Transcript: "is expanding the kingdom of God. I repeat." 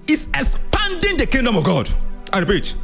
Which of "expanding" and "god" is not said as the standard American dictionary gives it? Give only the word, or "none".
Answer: expanding